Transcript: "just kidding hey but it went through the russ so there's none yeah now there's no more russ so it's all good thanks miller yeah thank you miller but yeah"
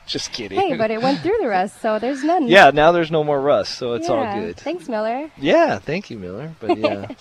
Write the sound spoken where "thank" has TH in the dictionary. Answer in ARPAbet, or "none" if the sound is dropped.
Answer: TH